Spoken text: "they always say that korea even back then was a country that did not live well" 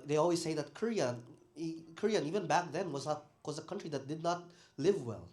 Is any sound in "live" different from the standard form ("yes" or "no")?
no